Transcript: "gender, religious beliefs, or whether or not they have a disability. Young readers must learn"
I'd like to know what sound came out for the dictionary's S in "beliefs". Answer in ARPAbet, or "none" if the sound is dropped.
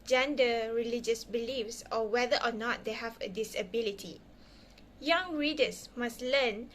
S